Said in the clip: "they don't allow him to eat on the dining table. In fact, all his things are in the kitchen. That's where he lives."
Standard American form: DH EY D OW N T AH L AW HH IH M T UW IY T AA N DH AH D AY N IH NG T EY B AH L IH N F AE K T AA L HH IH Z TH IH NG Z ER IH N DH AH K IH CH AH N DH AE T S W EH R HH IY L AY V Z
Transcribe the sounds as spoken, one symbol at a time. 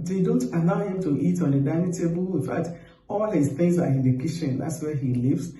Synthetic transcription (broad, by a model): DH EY D OW N T AH L AW HH IH M T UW IY T AA N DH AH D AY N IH T EY B AH L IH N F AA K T AA L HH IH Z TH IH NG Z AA IH N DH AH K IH SH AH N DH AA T S W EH HH IY L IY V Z